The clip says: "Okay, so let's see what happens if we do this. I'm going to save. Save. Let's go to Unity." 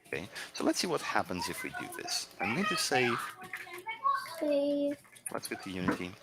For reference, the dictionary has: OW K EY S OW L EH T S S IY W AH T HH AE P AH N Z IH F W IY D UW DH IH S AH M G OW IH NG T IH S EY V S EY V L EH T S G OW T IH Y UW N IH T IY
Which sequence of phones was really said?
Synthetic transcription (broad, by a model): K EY S OW L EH T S S IY W AH T HH AE P AH N Z IH F W IY D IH DH IH S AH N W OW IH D T IH S EY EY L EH T S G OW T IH Y UW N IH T IY